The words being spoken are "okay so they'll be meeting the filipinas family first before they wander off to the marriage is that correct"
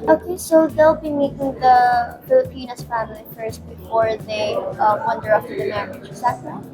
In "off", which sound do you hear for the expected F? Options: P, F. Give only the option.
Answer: P